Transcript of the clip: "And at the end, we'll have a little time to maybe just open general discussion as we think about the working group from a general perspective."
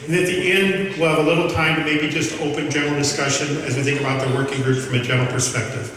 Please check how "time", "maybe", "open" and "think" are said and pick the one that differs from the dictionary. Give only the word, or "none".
none